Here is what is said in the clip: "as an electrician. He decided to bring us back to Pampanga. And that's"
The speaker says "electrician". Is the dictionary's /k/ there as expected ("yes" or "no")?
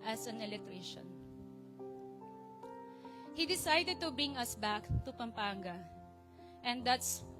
no